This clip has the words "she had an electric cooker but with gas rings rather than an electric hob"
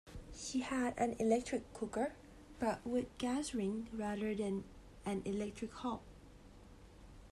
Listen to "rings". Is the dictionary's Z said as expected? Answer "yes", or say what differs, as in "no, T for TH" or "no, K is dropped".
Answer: no, Z is dropped